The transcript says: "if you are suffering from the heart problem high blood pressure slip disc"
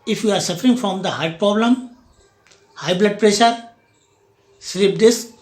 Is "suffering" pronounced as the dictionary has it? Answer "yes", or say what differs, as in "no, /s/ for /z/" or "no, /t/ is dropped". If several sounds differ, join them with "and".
yes